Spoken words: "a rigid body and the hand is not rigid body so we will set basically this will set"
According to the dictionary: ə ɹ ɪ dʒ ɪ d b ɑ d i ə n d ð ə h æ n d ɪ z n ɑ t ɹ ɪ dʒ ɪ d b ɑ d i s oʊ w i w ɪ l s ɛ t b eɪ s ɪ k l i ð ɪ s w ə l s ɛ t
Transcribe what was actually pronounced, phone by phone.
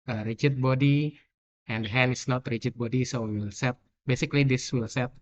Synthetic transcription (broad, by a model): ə ɹ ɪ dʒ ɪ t b ɑ d i ə n d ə h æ n ɪ s n ɑ t ɹ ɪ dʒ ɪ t b ɑ d i s oʊ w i w ɪ l s ɛ t b eɪ s ɪ k l i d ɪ s w ə l s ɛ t